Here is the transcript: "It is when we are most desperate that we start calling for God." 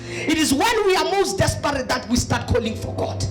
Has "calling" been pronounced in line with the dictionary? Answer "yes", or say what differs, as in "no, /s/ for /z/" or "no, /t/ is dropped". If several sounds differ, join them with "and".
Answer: yes